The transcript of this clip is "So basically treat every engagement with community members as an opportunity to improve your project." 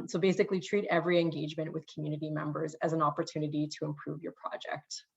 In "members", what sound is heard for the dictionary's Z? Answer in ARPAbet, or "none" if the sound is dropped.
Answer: Z